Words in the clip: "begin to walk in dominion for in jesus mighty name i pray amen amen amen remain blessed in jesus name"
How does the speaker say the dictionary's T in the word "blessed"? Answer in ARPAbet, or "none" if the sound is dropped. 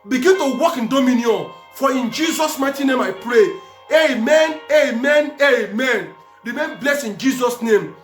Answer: none